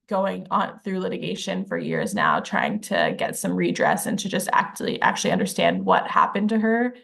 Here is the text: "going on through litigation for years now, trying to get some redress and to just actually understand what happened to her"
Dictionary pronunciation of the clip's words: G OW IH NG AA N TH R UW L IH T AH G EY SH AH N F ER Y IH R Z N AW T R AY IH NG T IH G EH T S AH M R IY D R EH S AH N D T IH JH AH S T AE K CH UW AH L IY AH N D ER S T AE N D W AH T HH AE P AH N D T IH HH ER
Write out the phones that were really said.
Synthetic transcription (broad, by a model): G OW IH NG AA N TH R UW L IH T AH G EY SH AH N F ER Y IH R Z N AW T R AY IH NG T IH G EH T S AH M R IY D R EH S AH N T IH JH AH S T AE K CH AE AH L IY AH N D ER S T AE N D W AH T HH AE P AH N T IH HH ER